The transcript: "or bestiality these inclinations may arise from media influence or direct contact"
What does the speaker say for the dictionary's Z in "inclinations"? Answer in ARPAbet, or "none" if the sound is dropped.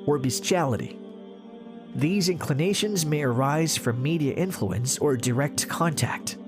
Z